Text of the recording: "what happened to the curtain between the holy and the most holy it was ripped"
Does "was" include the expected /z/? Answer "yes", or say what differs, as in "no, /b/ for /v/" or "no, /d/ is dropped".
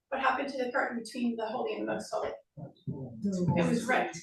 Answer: yes